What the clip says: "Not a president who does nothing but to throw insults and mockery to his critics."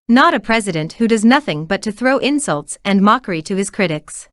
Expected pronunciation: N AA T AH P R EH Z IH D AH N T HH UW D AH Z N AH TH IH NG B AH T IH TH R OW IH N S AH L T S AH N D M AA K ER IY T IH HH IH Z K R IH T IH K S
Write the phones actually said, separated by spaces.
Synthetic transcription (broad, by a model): N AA T AH P R EH Z IH D AH N T HH UW D AH Z N AH TH IH NG B AH T IH TH R OW IH N S AH L T S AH N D M AA K ER IY T IH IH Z K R IH T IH K S